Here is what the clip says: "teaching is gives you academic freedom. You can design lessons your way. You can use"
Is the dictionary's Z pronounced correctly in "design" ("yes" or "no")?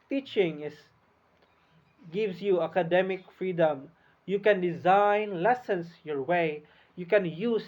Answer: yes